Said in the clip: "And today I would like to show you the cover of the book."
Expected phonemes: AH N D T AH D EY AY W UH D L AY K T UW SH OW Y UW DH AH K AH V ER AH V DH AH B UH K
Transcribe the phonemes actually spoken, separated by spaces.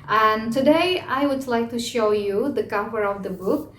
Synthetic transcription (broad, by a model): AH N T AH D EY AY W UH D L AY K T UW SH OW Y UW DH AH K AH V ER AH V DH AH B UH K